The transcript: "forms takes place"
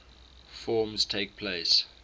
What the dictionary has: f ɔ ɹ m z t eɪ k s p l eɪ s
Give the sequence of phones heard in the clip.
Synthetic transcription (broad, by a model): f ɔ m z t eɪ k p l eɪ s